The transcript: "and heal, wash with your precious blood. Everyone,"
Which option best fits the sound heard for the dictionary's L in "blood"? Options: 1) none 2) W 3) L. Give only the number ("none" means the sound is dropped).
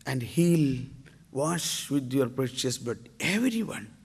1